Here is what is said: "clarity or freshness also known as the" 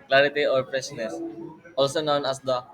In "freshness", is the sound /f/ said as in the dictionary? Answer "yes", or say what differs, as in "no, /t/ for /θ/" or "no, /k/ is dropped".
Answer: no, /p/ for /f/